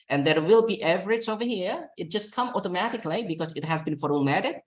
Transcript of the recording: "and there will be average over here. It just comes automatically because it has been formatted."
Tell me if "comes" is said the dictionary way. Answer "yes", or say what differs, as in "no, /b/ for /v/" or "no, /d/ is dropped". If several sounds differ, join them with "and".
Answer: no, /z/ is dropped